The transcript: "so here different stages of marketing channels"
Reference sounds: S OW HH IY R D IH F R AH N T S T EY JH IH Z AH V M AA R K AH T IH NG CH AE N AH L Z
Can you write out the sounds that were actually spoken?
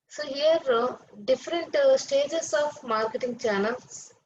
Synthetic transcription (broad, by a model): S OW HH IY R D IH F R AH N T S T EY JH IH S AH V M AA R K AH T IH NG CH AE N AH L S